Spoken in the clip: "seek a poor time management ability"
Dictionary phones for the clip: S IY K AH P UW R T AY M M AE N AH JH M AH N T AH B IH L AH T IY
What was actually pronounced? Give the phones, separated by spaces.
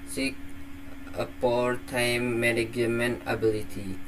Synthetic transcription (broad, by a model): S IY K AH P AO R T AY M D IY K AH M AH N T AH B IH L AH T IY